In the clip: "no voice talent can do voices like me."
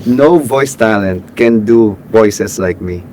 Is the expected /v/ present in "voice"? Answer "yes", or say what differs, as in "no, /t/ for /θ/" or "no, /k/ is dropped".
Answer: yes